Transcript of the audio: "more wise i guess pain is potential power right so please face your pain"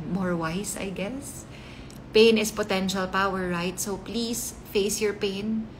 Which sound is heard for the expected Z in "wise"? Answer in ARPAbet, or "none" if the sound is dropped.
S